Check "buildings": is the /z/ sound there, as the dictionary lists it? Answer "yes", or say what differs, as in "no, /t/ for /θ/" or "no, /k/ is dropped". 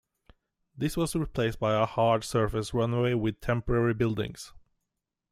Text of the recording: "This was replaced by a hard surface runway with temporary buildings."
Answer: no, /s/ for /z/